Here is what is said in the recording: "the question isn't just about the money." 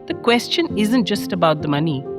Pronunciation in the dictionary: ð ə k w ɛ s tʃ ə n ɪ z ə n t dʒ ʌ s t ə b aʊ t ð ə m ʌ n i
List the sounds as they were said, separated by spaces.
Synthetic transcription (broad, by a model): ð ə k w ɛ s tʃ ə n ɪ z ə n t dʒ ʌ s t ə b aʊ t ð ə m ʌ n i